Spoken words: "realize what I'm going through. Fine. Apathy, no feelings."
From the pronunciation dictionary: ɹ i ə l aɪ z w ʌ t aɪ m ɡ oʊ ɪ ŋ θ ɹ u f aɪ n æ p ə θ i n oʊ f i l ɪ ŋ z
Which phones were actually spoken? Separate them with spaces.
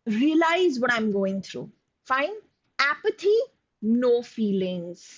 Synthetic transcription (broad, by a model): ɹ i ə l aɪ z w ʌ t aɪ m ɡ oʊ ɪ ŋ t ɹ u f aɪ n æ p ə t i n oʊ f i l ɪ ŋ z